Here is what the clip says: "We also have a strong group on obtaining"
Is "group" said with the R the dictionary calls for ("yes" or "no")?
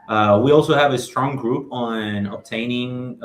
yes